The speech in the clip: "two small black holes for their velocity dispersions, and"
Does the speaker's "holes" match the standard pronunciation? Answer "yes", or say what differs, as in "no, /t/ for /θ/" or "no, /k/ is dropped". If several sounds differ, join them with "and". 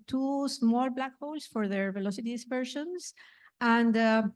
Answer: no, /s/ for /z/